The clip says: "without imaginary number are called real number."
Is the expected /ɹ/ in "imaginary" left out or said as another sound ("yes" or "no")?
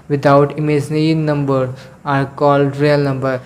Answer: yes